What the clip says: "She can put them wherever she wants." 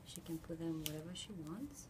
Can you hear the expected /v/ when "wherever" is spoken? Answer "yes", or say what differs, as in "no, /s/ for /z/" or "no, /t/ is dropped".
yes